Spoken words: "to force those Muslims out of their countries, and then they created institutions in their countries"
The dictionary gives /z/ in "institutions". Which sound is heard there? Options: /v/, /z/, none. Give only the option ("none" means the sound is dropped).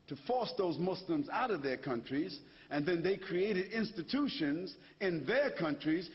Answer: /z/